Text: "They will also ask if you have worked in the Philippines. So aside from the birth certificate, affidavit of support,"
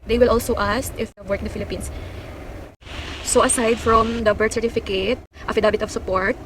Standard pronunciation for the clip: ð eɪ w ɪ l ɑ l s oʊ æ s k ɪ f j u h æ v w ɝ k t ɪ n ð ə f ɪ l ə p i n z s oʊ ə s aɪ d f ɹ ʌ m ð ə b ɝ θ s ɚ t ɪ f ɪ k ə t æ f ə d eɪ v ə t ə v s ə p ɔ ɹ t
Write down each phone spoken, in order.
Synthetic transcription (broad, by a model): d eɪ w ɪ l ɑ l s oʊ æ s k ɪ f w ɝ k ɪ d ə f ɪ l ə p i n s s oʊ ə s aɪ d f ɹ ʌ m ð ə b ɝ t s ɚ t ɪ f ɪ k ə t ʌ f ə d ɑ b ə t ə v s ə p ɔ ɹ t